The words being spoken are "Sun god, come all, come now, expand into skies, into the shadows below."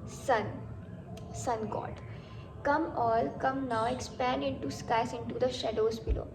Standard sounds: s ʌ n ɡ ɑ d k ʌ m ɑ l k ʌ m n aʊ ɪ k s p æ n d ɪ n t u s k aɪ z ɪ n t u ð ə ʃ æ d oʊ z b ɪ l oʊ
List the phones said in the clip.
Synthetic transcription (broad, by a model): s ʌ n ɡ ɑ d k ʌ m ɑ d k ʌ m n aʊ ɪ k s p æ n d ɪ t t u s k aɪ s ɪ n t u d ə ʃ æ d oʊ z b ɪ l oʊ